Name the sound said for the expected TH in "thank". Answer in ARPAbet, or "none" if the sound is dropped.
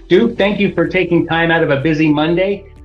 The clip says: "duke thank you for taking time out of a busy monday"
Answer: TH